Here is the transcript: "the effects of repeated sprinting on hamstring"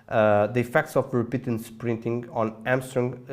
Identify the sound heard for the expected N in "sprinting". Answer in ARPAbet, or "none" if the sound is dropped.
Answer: N